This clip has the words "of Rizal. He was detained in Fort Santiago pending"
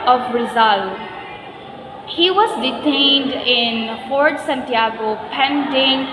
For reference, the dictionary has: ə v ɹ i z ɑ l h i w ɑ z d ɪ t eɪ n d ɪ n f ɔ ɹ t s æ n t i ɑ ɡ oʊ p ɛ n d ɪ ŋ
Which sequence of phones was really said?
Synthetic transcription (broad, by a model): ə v ɹ i z ɑ l h i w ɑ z d ɪ t eɪ n d ɪ n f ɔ ɹ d s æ n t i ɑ ɡ oʊ p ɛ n d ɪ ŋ